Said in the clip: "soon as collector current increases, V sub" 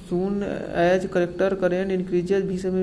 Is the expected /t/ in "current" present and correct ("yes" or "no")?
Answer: no